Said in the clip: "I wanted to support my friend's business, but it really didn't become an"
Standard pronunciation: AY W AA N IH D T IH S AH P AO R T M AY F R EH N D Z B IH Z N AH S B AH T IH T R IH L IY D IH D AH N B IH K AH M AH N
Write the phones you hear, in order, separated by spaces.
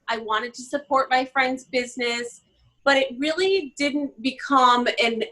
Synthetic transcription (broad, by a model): AY W AA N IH D T IH S AH P AO R T M AY F R EH N D Z B IH Z N AH S B AH T IH T R IH L IY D IH D N B IH K AH M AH N